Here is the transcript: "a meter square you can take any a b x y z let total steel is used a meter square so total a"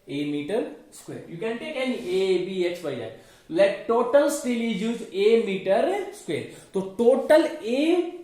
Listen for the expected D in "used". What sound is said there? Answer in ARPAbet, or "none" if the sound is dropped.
none